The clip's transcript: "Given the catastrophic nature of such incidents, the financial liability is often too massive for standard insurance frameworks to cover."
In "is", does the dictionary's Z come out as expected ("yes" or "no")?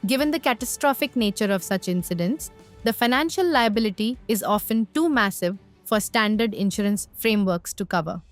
yes